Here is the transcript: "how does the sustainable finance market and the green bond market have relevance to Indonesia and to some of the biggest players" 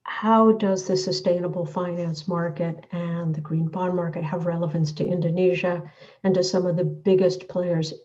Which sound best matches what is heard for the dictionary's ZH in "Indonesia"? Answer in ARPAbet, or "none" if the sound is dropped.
ZH